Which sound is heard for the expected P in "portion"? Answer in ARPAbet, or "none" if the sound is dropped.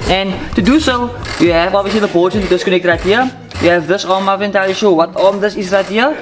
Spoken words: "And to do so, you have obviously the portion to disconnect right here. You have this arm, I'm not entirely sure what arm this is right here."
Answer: B